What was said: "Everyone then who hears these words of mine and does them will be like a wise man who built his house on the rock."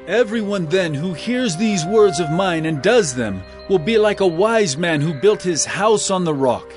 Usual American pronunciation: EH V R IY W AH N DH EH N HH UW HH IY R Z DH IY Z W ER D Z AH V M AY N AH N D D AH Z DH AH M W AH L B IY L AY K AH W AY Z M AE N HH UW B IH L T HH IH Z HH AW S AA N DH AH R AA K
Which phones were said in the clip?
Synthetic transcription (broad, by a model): EH V R IY W AH N DH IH N HH UW HH IY R Z DH IY Z W ER D Z AH V M AY N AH N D D AH Z DH AH M W AH L B IY L AY K AH W AY Z M AE N HH UW B IH L T HH IH Z HH AW S N DH AH R AA K